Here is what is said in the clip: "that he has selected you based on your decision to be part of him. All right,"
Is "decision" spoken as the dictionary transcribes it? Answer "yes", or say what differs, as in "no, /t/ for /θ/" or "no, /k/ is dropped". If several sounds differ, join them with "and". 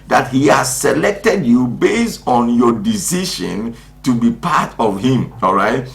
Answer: no, /ʃ/ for /ʒ/